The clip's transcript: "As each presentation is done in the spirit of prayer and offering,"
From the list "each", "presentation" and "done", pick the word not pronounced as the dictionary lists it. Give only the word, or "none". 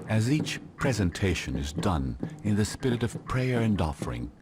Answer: none